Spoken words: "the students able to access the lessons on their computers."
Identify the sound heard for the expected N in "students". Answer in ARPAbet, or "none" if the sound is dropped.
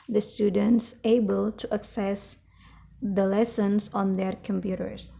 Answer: N